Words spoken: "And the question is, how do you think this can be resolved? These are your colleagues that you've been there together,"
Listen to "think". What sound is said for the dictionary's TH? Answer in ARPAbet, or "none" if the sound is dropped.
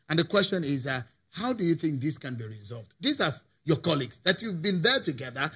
TH